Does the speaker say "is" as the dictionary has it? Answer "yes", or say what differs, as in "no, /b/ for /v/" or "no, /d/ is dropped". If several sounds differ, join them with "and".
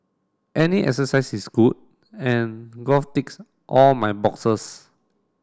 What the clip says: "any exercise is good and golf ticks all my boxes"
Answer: no, /s/ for /z/